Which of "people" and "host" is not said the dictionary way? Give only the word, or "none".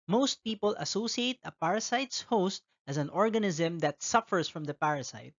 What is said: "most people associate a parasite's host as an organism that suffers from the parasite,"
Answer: none